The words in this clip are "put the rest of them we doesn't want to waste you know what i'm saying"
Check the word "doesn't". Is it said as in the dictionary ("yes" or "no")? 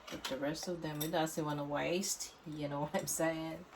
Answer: no